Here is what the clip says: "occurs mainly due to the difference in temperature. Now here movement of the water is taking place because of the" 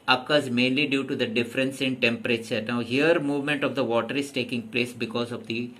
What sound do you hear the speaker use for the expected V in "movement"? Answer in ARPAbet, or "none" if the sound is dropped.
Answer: V